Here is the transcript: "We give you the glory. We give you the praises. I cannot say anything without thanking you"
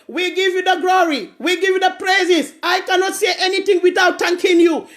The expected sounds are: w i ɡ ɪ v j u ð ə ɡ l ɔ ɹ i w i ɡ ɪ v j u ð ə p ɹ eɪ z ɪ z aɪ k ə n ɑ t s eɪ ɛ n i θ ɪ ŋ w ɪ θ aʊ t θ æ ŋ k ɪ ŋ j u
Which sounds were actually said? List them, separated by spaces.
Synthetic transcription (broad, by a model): w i ɡ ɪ v j u ð ə ɡ l ɔ ɹ i w i ɡ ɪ v j u ð ə p ɹ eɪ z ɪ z aɪ k ə n ɑ t s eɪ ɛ n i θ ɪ ŋ w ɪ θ aʊ t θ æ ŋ k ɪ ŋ j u